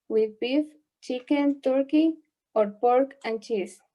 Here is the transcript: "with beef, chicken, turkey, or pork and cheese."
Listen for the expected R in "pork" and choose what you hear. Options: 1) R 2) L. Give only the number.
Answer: 1